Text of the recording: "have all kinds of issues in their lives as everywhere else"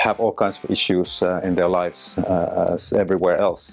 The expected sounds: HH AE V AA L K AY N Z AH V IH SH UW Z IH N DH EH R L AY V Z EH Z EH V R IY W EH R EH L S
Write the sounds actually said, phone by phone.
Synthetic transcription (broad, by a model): HH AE V AA L K AY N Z AH V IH SH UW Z IH N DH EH R L AY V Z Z EH V R IY W EH R EH L S